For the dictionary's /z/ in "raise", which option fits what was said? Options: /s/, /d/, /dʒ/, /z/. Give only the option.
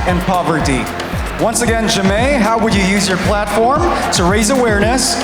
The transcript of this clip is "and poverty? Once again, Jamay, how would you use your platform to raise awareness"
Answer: /z/